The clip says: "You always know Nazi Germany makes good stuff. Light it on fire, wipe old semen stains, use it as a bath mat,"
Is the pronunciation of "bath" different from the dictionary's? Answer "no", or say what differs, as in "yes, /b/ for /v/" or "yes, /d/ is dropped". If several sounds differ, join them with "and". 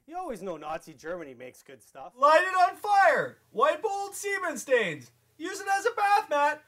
no